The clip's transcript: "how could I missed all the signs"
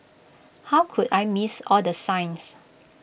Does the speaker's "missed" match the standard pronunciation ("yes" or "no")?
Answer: no